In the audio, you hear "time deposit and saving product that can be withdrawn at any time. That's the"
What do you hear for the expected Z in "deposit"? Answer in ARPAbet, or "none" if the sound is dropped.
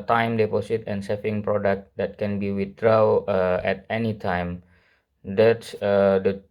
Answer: S